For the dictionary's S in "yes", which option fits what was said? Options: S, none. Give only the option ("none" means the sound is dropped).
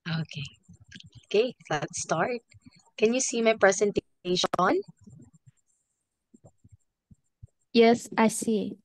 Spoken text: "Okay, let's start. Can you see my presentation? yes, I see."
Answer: S